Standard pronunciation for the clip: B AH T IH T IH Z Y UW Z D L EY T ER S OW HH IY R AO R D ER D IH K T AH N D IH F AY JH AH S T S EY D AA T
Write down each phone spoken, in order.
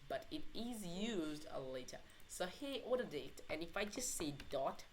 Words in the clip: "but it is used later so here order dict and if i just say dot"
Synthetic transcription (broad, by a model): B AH T IH T IH Z Y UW Z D L EY T ER S OW HH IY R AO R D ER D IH T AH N IH F AY JH AH S T S EY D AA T